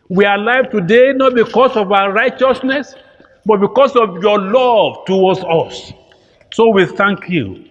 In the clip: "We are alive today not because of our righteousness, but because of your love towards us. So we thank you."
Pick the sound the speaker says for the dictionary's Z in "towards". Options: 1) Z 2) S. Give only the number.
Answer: 2